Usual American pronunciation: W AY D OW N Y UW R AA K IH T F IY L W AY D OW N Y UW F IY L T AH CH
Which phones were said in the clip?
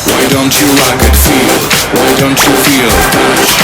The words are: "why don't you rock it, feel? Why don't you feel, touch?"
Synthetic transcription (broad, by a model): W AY D OW N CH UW L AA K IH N F IY L W AY D OW N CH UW F IY L